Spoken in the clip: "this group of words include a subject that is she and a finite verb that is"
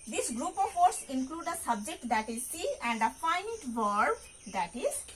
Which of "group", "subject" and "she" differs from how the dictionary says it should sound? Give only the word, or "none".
she